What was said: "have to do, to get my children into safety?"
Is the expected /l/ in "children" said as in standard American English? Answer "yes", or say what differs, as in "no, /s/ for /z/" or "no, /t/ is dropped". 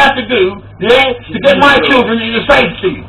yes